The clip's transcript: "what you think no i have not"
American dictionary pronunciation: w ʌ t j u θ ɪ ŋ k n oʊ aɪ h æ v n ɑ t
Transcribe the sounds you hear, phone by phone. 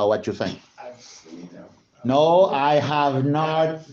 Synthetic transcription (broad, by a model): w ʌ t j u θ ɪ ŋ k n oʊ aɪ h æ v n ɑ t